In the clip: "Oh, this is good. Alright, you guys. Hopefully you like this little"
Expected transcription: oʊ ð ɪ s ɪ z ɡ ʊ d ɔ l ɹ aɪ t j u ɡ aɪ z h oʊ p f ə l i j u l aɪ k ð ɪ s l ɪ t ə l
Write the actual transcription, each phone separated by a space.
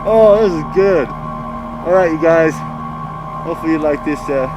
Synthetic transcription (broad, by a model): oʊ ð ɪ s ɪ z ɡ ʊ d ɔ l ɹ aɪ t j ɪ ɡ aɪ z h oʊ f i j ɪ l aɪ k ð ɪ s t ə